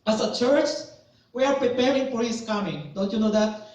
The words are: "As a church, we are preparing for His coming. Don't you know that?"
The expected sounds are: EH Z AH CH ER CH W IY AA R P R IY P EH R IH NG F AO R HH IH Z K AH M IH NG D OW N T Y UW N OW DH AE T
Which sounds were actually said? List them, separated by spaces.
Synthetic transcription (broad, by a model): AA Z AH CH ER CH W IY AA R P R IY P EH R IH NG F AO R HH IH S K AH M IH NG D OW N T Y UW N OW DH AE T